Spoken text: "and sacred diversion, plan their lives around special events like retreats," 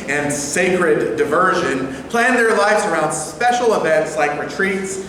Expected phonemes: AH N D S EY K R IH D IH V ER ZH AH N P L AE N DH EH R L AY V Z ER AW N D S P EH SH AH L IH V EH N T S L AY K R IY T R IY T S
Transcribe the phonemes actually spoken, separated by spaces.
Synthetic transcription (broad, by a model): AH N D S EY K R IH D IH V ER ZH AH N P L AE N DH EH R L AY V Z ER AW N D S P EH SH L IH V EH N T S L AY K R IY T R IY T S